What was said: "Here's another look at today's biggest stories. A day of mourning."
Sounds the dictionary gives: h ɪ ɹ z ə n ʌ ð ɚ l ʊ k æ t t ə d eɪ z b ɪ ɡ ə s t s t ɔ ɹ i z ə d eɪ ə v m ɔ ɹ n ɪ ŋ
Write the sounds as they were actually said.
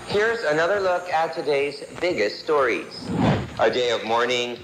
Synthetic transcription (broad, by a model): h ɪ ɹ z ə n ʌ ð ɚ l ʊ k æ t t ə d eɪ z b ɪ ɡ ə s t s t ɔ ɹ i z ə d eɪ ə v m ɔ ɹ n ɪ ŋ